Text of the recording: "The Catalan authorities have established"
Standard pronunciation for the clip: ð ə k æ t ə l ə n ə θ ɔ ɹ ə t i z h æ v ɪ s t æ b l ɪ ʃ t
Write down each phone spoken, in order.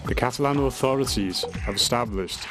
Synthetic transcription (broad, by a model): ð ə k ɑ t ə l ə n ə θ ɔ ɹ ə t i z h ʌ v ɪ s t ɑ b l ɪ ʃ t